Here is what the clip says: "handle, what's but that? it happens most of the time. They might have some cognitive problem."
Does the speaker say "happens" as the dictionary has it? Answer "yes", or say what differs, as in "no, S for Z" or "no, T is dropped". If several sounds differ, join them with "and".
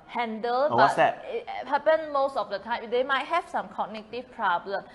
no, Z is dropped